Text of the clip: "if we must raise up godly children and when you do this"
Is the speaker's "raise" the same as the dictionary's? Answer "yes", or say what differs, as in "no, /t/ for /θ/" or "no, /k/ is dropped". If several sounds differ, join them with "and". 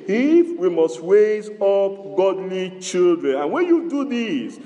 no, /w/ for /ɹ/